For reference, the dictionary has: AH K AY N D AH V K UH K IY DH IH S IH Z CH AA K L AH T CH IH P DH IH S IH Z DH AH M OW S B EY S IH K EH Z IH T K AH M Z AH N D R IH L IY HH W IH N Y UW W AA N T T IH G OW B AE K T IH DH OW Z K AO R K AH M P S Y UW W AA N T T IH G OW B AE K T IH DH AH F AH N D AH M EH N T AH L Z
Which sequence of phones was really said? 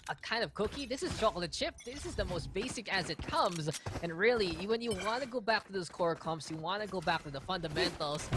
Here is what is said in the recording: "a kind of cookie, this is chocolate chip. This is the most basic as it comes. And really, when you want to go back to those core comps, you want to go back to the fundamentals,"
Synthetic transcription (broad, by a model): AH K AY N D AH V K UH K IY DH IH S IH Z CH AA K L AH CH IH P DH IH S IH Z DH AH M OW S B EY S IH K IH Z IH T K AH M Z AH N R IH L IY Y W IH N Y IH W AA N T T IH G OW B AE K T IH DH OW Z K AO R K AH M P S Y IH W AA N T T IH G OW B AE K T IH DH AH F AH N D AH M EH N T L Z